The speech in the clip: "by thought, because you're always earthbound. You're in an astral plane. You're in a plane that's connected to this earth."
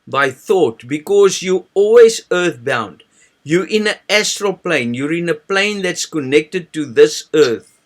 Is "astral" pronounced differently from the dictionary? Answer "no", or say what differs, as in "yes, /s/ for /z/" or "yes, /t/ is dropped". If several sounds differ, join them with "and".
no